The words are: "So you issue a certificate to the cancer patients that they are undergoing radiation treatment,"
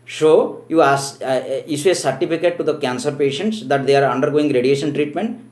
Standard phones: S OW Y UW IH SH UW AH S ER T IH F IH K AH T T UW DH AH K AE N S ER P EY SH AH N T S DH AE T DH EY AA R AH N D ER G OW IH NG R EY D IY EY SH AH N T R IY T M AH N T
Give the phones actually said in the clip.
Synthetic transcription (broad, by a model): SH OW Y UW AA S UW AH S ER T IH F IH K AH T T UW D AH K AE N S ER P EY SH AH N T S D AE T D EY AA R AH N D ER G OW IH NG R EY D IY EY SH AH N T R IY T M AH N T